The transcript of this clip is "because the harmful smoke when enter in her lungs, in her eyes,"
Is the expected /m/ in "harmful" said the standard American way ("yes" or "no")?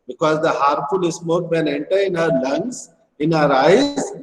no